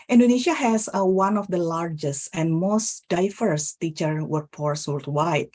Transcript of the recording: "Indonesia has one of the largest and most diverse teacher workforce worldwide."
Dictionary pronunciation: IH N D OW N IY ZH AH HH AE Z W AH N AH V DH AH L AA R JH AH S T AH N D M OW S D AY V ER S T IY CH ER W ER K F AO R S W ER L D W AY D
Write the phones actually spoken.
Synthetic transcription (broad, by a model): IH N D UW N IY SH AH HH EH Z W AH N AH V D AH L AA R JH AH S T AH N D M OW S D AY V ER S T IY CH ER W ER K P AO R S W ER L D W AY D